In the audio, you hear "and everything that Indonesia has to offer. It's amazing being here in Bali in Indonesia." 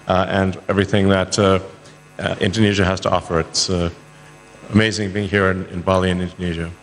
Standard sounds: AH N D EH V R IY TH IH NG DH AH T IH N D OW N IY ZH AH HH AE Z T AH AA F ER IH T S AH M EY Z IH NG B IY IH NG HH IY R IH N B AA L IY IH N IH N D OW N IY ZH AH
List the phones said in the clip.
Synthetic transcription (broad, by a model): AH N EH V R IY TH IH NG DH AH T IH N D OW N IY ZH AH HH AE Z T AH AA F ER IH T S AH M EY Z IH NG B IY IH NG HH IY R IH N B AA L IY IH N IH N D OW N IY ZH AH